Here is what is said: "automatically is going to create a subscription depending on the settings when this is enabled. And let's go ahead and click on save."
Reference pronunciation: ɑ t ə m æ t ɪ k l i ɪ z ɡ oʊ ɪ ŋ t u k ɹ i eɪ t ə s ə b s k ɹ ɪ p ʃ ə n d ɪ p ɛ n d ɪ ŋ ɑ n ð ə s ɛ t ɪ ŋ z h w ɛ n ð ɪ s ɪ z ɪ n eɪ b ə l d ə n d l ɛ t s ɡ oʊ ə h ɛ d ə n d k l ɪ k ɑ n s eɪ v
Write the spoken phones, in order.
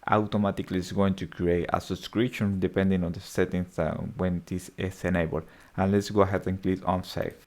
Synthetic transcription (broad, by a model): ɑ t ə m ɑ t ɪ k l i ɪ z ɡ oʊ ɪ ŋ t u k ɹ i eɪ t ə s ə s k ɹ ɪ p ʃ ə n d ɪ p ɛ n d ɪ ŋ ɑ n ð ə s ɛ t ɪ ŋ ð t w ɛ n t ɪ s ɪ s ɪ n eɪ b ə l ə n l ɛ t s ɡ oʊ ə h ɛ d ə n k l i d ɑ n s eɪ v